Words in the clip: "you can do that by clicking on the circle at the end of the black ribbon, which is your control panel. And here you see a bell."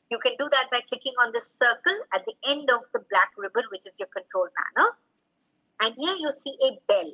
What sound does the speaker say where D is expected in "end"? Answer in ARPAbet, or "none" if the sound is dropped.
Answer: D